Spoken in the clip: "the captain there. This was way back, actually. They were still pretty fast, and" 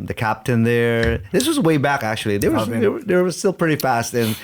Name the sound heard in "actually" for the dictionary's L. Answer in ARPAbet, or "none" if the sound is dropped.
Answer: W